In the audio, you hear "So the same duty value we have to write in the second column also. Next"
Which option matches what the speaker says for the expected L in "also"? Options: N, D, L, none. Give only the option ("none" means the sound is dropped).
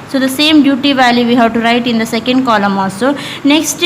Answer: none